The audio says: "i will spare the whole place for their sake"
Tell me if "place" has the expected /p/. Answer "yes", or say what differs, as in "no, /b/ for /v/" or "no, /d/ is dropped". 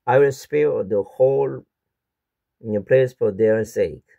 yes